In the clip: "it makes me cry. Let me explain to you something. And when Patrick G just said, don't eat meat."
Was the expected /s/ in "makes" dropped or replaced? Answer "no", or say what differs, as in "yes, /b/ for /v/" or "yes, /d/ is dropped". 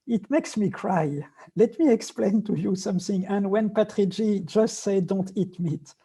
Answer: no